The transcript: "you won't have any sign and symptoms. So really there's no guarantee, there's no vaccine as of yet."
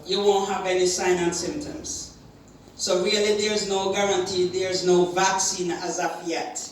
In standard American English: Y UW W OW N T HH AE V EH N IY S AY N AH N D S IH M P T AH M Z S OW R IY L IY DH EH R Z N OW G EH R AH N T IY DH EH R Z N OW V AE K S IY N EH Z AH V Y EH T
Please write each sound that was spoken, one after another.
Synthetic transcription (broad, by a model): Y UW W OW N T HH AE V EH N IY S AY N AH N S IH M P T AH M Z S OW R IY L IY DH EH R Z N OW G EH R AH N T IY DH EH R Z N OW V AE K S IY N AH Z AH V Y EH T